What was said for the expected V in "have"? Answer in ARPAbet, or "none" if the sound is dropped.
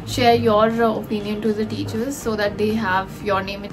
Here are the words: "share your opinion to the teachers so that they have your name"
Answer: V